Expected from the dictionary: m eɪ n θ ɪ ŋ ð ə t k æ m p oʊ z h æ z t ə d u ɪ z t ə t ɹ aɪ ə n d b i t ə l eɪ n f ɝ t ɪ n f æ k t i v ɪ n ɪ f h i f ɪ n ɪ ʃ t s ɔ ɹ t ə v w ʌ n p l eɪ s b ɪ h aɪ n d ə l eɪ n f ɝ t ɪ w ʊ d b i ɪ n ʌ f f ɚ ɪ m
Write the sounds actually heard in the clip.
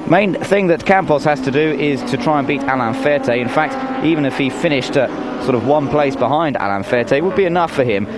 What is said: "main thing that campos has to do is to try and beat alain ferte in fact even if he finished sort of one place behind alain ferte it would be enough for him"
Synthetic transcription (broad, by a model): m eɪ n θ ɪ ŋ ð ə t k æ m p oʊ s h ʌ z t ə d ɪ ɪ z t ə t ɹ aɪ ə n b i t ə l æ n f ɝ t ɪ n f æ k t i v ɪ n ɪ f h i f ɪ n ɪ ʃ t s ɔ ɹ t ə v w ʌ n p l eɪ s b ɪ h aɪ n d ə l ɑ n f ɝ t ɪ w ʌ d b i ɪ n ʌ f f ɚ ɪ m